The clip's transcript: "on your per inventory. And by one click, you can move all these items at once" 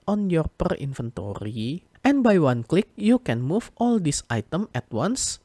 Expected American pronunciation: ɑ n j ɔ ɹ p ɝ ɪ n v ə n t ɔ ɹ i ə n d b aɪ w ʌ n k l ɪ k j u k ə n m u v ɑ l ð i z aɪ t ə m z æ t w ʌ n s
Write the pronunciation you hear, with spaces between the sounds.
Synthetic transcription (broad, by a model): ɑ n j ɔ ɹ p ɝ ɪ n f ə n t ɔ ɹ i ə n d b aɪ w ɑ n k l ɪ k j u k ə n m u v ɑ l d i s aɪ t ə m ɛ t w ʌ n s